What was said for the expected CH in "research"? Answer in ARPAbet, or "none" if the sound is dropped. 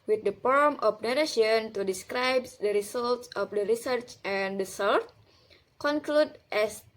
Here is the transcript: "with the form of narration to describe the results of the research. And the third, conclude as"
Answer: CH